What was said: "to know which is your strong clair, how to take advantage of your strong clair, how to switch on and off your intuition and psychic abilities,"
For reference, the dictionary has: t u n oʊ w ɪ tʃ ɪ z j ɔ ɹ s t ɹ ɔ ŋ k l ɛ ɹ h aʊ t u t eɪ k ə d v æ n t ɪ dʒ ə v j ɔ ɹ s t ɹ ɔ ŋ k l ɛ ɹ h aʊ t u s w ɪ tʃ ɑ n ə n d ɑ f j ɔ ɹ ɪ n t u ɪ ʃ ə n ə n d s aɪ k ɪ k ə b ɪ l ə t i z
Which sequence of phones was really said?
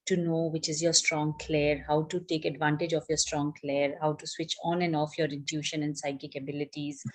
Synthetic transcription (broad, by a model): t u n oʊ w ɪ tʃ ɪ z j ɔ ɹ s t ɹ ɔ ŋ k l ɛ ɹ h aʊ t u t eɪ k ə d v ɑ n t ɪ dʒ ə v j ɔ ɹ s t ɹ ɔ ŋ k l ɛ ɹ h aʊ t u s w ɪ tʃ ɑ n ə n d ɑ f j ɔ ɹ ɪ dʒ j u ʃ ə n ə n d s aɪ k ɪ k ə b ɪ l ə t i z